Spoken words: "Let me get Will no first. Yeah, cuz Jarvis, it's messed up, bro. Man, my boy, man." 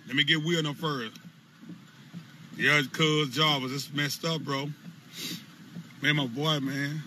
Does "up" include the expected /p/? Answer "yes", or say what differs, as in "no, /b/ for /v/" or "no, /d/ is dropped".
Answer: no, /f/ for /p/